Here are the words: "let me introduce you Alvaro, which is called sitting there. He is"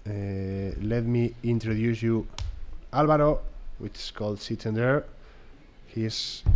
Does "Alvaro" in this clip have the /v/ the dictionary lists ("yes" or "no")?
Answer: no